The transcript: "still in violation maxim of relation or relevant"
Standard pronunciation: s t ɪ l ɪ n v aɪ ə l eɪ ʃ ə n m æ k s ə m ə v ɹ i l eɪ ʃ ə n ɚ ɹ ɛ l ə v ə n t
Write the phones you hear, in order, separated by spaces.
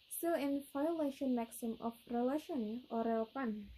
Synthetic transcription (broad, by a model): s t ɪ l ɪ n f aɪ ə l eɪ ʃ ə n m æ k s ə m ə f ɹ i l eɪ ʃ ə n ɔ ɹ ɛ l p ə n